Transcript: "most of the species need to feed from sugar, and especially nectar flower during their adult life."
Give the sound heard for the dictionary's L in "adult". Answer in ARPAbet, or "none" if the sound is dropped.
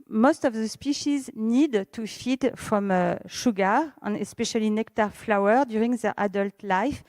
L